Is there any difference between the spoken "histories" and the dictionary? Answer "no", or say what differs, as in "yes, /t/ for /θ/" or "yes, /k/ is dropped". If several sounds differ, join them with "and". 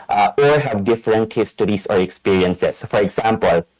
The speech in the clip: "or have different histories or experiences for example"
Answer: yes, /s/ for /z/